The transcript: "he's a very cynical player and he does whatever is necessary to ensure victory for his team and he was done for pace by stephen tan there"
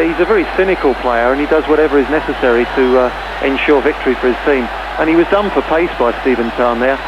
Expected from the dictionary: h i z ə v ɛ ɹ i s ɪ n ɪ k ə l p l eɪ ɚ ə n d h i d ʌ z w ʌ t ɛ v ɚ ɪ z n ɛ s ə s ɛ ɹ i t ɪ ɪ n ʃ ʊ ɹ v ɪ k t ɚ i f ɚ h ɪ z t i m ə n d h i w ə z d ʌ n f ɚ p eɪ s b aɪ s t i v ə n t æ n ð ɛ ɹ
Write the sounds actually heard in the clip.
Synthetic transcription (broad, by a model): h i z ə v ɛ ɹ i s ɪ n ɪ k ə l p l eɪ ɚ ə n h i d ʌ z w ʌ t ɛ v ɚ ɪ z n ɛ s ə s ɛ ɹ i t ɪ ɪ n ʃ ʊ ɹ v ɪ k t ɚ i f ɚ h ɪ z t i m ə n i w ə z d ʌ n f ɚ p eɪ s b aɪ s t i v ə n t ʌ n ð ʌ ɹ